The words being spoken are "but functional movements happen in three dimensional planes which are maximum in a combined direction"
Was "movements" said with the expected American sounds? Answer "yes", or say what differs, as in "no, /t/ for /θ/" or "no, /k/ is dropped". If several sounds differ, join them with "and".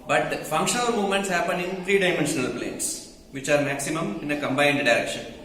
no, /v/ is dropped